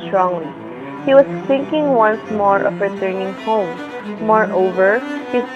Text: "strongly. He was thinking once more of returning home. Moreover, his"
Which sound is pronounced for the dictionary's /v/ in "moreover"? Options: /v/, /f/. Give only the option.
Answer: /v/